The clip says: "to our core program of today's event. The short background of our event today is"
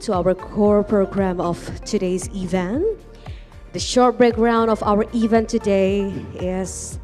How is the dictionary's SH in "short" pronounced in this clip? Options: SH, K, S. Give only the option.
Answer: SH